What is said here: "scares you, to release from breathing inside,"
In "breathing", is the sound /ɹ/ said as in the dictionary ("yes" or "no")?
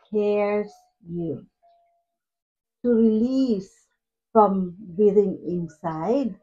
no